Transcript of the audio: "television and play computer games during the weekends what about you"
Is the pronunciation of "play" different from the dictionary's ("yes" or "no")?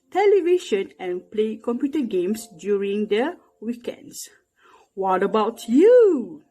no